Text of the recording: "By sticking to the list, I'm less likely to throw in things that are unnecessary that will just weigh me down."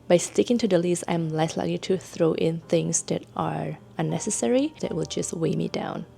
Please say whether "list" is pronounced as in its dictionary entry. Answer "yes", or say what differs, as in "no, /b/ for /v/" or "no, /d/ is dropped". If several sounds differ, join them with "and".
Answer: no, /t/ is dropped